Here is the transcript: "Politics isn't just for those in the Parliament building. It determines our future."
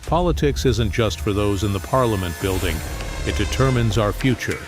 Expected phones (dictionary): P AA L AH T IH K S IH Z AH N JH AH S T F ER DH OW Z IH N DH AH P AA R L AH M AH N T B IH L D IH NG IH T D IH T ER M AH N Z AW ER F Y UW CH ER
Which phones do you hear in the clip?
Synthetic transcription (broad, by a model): P AA L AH T IH K S IH Z AH N JH AH S T F ER DH OW Z IH N DH AH P AA R L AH M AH N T B IH L D IH NG IH T D IH T ER M AH N Z AW ER F Y UW CH ER